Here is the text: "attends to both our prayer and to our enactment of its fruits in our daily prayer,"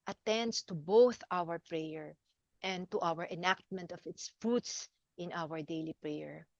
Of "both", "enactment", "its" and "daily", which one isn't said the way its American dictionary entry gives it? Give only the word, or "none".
none